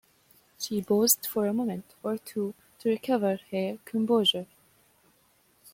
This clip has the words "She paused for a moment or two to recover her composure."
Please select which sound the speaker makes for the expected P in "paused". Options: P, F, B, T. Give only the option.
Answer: B